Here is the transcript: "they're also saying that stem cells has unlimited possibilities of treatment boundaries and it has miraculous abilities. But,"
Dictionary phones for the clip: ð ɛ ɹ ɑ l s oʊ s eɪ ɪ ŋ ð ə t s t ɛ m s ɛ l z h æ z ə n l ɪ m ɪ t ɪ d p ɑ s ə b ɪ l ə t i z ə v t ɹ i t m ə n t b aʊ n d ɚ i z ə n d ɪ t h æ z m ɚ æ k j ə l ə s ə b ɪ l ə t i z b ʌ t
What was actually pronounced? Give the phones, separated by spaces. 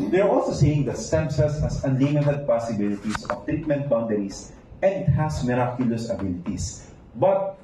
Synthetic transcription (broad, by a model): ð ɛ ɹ ɑ l s oʊ s eɪ ɪ ŋ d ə t s t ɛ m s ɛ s h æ s ə n l ɪ m ɪ t ɪ d p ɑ s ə b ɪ l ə t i s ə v t ɹ i t m ə n t b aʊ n d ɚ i s ə n d ɪ t h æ s m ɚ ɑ k j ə l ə s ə b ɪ l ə t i s b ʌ t